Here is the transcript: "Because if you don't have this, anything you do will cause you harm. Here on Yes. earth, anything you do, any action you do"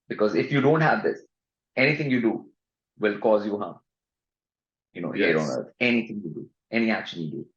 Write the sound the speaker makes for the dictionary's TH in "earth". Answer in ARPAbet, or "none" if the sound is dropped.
T